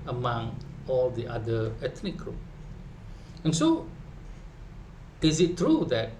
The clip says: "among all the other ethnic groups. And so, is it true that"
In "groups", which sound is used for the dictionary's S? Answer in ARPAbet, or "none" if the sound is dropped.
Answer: none